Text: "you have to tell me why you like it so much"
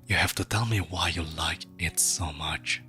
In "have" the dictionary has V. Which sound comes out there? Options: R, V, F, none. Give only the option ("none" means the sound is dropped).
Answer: F